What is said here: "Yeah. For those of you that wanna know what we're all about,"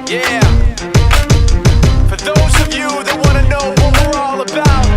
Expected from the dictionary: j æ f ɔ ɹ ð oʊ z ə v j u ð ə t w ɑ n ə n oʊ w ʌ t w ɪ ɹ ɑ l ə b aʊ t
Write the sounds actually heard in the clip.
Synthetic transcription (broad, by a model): j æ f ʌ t ð oʊ z ə v j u ð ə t w ɑ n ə n oʊ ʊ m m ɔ ɹ ɑ l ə b aʊ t